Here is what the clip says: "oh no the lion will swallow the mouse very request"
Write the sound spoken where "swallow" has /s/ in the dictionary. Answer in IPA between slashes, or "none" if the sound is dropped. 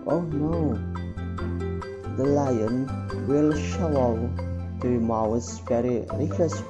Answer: /ʃ/